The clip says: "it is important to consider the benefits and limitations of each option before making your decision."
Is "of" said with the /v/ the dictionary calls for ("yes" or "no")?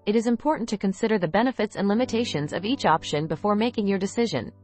yes